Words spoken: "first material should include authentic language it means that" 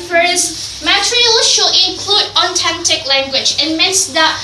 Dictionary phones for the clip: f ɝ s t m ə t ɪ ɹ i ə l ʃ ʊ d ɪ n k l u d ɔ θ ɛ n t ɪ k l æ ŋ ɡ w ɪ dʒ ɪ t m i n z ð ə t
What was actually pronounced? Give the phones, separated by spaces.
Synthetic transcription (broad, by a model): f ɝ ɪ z m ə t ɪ ɹ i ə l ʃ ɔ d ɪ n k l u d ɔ t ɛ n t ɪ k l æ ŋ ɡ w ɪ dʒ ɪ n m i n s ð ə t